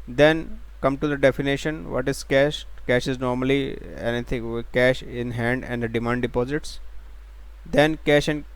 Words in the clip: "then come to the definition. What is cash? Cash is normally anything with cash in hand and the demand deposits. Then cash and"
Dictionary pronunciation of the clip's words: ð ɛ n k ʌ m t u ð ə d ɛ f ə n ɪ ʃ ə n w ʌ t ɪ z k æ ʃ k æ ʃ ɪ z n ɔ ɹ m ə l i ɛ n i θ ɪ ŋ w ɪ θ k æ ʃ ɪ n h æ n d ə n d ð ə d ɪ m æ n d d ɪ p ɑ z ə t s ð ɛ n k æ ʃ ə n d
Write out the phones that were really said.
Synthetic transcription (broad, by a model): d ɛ n k ʌ m t u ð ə d ɛ f ə n ɪ ʃ ə n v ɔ t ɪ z k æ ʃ k æ ʃ ɪ z n ɔ ɹ m ə l i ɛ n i t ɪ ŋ k æ ʃ ɪ n h æ n d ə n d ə d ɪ m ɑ n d d ɪ p ɑ z ə t s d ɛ n k æ ʃ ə n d